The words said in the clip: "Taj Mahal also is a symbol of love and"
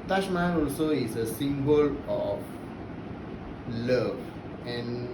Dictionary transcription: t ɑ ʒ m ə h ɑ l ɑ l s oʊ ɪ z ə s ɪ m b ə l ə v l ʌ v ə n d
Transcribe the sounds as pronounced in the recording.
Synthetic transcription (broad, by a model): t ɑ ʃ m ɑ n ɑ l s oʊ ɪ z ə s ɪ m b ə l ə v l ʌ v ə n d